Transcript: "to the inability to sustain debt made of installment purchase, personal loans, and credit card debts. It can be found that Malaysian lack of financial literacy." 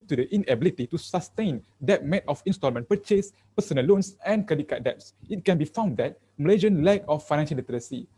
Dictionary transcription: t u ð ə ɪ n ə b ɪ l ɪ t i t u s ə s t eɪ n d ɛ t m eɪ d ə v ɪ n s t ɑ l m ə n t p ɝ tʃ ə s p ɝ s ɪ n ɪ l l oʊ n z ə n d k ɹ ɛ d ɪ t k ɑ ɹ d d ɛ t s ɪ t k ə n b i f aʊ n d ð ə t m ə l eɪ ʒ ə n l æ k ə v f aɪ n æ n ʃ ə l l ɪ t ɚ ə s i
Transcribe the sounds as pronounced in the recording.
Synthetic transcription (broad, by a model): t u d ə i n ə b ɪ l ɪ t i t u s ə s t eɪ n d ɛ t m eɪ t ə f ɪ n s t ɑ l m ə n p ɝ tʃ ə s p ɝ s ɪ n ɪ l l oʊ n s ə n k ɛ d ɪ k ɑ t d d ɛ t s ɪ t k ə n b i f aʊ n d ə t m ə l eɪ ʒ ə n l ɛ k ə f aɪ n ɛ n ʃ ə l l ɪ t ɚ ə s i